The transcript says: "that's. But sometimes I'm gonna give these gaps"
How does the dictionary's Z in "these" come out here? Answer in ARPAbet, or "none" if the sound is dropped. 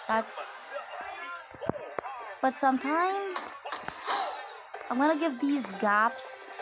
Z